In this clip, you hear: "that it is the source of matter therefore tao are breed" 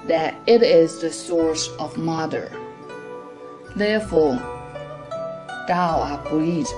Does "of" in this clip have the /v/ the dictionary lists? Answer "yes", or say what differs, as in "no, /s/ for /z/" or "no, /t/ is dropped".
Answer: yes